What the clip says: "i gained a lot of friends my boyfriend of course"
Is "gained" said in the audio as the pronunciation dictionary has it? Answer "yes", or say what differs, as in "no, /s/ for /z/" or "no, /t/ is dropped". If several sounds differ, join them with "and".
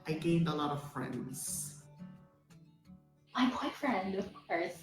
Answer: yes